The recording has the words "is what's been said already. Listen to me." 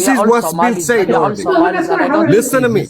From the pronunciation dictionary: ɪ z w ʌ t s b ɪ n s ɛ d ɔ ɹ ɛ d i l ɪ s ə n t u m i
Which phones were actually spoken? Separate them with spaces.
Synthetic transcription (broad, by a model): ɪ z w ʌ t s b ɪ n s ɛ ɪ ɔ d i l ɪ s ə n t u m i